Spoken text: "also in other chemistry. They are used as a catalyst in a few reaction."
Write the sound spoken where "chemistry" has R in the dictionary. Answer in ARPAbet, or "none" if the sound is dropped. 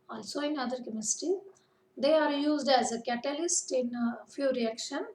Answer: none